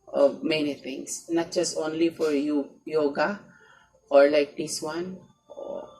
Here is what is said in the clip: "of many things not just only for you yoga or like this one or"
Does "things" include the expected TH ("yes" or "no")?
no